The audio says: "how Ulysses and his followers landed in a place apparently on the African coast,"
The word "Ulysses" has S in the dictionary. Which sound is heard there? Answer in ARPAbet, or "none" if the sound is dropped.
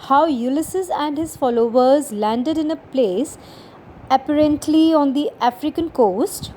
S